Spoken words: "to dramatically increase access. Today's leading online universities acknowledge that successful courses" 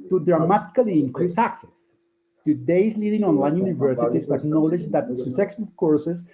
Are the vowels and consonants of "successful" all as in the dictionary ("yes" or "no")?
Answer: no